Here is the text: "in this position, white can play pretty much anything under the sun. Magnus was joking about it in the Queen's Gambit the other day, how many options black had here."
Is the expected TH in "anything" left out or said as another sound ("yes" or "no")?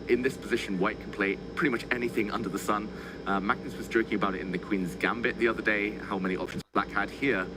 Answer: no